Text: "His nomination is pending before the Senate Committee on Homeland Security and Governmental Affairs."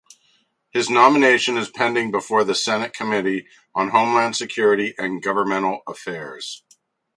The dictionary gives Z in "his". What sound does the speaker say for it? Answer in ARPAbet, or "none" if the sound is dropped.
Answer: Z